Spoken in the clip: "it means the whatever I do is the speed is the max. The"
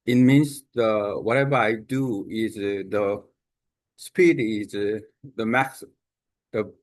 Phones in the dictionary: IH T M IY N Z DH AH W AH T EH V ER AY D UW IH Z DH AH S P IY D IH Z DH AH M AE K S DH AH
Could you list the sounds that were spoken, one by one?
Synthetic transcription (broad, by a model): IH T M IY N S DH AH W AH T EH V ER AY D UW IH Z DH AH S P IY D IH Z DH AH M AE K S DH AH